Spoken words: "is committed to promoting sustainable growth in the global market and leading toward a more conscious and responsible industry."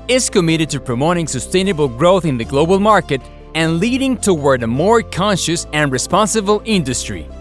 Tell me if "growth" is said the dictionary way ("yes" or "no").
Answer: yes